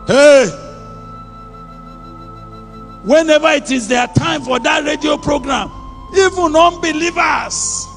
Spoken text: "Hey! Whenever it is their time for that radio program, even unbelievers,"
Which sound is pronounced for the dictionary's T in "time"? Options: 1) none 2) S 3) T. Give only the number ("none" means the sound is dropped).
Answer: 3